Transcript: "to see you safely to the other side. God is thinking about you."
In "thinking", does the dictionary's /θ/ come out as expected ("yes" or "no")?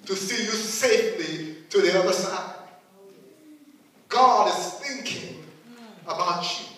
yes